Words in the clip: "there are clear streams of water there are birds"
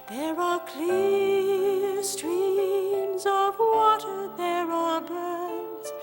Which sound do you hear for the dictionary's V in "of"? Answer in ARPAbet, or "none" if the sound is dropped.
V